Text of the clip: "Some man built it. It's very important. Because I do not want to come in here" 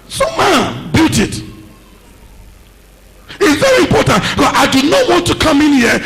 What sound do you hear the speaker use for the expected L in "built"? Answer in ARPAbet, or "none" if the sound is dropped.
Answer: none